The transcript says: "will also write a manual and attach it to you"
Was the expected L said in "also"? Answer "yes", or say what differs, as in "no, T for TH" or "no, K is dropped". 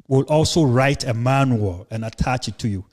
yes